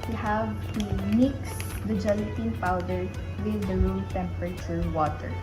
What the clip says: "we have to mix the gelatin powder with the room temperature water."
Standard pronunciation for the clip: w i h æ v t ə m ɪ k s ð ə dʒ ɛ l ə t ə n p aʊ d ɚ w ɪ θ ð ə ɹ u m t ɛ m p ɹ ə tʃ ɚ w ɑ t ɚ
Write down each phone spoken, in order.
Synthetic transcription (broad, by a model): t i h æ v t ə m ɪ k s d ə dʒ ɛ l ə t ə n p aʊ d ɚ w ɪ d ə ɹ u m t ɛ m p ɹ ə s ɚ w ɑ t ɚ